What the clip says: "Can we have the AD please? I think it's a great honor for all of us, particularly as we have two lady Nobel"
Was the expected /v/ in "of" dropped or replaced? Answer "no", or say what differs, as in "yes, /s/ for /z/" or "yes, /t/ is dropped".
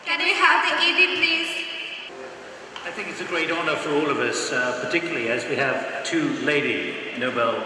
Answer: no